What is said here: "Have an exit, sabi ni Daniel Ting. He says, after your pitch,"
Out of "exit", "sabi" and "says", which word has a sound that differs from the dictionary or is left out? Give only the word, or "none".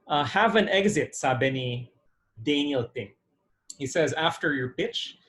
none